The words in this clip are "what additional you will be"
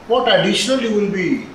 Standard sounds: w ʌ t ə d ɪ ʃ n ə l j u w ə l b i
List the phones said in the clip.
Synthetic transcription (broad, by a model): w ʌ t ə d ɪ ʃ n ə l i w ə n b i